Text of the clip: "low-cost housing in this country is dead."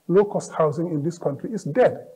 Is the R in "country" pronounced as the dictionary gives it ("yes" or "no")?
yes